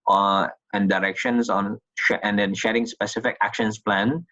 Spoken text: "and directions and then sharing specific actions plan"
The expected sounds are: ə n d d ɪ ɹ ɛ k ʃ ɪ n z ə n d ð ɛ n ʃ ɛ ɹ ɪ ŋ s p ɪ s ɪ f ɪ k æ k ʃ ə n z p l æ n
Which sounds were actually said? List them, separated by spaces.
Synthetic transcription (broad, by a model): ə n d d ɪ ɹ ɛ k ʃ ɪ n s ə n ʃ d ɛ n ʃ ɛ ɹ ɪ ŋ s p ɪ s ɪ f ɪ k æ k ʃ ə n s p l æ n